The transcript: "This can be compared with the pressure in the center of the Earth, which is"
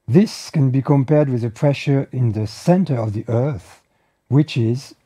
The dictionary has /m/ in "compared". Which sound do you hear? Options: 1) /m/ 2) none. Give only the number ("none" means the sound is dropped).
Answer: 1